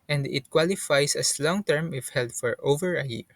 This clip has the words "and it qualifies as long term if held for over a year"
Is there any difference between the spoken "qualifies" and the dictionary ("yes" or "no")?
yes